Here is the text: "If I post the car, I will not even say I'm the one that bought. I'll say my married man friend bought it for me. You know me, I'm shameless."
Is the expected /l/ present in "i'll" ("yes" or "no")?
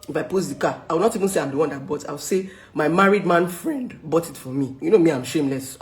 no